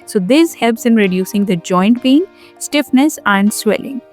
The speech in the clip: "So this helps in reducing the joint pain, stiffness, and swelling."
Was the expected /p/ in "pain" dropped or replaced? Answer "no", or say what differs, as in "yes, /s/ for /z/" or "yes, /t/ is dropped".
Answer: yes, /b/ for /p/